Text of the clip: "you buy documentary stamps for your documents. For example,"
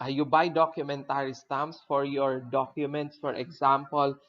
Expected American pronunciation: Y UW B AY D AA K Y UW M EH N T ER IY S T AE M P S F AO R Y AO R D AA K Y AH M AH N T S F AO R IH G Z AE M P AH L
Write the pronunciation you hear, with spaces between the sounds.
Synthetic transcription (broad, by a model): Y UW B AY D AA K Y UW M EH N T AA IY S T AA M S F AO R Y AO R D AA K Y AH M AH N T S F AO R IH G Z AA M P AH L